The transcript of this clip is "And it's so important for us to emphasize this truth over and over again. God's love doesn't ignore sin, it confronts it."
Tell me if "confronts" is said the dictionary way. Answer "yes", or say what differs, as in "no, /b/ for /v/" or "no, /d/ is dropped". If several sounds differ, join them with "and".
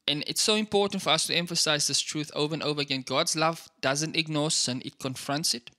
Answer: yes